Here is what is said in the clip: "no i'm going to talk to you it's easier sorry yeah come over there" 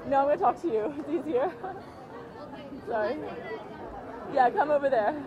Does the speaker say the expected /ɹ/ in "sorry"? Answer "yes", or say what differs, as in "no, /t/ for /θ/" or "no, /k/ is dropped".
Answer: no, /ɹ/ is dropped